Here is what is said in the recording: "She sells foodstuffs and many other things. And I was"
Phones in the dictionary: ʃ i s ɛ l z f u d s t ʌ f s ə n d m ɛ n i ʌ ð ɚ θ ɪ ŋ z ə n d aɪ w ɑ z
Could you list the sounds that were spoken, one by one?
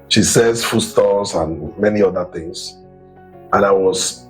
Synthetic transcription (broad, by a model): ʃ i s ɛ z f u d s t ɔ s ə n m ɛ n i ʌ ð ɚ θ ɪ ŋ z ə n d aɪ w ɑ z